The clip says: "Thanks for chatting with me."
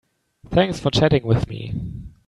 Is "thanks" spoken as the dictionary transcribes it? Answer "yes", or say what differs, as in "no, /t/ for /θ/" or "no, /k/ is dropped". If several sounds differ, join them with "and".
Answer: yes